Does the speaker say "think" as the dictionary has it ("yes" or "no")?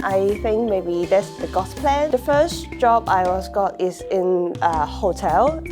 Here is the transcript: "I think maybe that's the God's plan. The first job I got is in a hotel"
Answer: yes